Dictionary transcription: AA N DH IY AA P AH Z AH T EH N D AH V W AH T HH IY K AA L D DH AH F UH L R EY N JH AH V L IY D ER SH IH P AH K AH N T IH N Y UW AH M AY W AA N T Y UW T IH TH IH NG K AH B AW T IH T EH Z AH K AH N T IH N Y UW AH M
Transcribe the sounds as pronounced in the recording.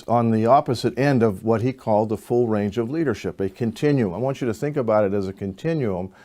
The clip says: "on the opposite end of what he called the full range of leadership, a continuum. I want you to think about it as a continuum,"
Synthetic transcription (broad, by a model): N DH IY AA P AH Z AH T EH N D AH V W AH T HH IY K AA L D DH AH F UH L R EY N JH AH V L IY D ER SH IH P AH K AH N T IH N Y UW AH M AY W AA N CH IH T IH TH IH NG K AH B AW T IH T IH Z AH K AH N T IH N Y UW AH M